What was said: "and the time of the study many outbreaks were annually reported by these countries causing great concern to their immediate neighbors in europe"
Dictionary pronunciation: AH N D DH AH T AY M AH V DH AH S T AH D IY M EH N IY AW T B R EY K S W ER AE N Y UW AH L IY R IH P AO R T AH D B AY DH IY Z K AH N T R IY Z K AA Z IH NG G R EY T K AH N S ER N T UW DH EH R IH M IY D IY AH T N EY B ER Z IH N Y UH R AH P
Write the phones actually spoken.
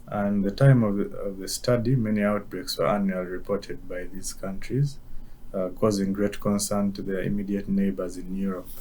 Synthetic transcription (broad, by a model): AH N DH AH T AY M AH V DH AH S T AH D IY M EH N IY AW T B R EY K S W ER AE N Y UW AH L IY R IH P AO R T AH D B AY DH IY Z K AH N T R IY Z K AA Z IH NG G R EY T K AH N S ER N T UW DH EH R IH M IY D IY AH T N EY B ER Z IH N Y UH R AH P